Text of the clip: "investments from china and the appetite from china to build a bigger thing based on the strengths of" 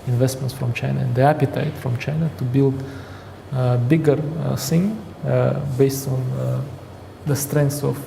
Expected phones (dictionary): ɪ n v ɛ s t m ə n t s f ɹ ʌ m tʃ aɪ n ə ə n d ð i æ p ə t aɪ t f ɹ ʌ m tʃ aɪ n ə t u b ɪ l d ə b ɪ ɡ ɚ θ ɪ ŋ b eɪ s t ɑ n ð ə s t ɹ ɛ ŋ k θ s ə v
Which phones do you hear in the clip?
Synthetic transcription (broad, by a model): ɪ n v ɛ s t m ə n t s f ɹ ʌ m tʃ aɪ n ə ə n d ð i æ p ə t aɪ t f ɹ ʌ m tʃ aɪ n ə t u b ɪ l d b ɪ ɡ ɚ s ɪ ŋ b eɪ s t ɑ n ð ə s t ɹ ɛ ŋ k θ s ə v